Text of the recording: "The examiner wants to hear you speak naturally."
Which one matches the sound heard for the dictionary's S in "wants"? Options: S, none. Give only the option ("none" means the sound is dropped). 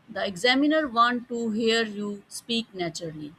none